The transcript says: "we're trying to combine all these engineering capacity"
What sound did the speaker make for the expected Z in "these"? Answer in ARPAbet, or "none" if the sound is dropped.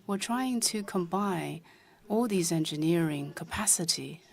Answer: Z